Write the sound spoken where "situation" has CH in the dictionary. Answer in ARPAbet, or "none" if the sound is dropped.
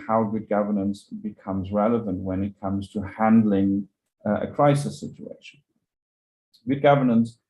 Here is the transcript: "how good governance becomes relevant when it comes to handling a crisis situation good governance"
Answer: CH